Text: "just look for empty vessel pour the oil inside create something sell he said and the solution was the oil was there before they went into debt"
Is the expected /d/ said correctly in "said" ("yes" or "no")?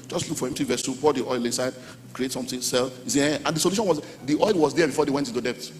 no